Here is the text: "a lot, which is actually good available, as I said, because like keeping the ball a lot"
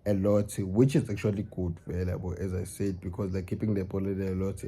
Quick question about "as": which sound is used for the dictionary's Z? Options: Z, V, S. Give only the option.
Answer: Z